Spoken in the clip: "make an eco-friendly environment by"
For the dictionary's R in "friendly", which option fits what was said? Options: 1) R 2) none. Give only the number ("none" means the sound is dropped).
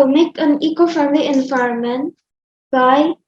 2